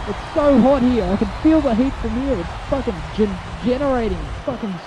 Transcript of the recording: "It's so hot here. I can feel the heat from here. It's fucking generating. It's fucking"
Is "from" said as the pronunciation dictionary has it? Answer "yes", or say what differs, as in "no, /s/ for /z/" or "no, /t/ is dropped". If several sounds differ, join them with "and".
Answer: yes